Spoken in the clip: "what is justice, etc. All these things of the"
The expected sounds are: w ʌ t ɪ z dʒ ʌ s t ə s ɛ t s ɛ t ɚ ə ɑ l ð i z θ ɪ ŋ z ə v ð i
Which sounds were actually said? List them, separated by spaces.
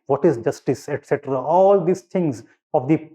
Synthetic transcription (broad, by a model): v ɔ t ɪ z dʒ ʌ s t ə s ɛ t s ɛ t ɚ ə ɑ l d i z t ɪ ŋ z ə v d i